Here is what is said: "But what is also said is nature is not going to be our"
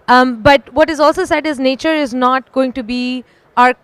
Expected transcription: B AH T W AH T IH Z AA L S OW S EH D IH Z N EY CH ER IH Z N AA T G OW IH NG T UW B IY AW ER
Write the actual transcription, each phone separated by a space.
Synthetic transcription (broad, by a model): B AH T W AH T IH Z AA L S OW S EH D IH Z N EY CH ER IH Z N AA T G OW IH NG T UW B IY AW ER